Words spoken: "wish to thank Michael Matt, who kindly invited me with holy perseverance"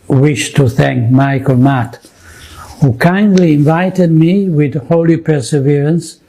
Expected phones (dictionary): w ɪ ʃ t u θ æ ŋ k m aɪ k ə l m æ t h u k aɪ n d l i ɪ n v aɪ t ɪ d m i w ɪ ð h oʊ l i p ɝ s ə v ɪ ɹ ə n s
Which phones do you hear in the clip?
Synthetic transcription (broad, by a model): w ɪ ʃ t u θ æ ŋ k m aɪ k ə l m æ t h u k aɪ n d l i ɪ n v aɪ t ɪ d m i w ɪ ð h oʊ l i p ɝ s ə v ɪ ɹ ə n s